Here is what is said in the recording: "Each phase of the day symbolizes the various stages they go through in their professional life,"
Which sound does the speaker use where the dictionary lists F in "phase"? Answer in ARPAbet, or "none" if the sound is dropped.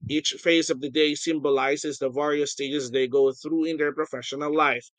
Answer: F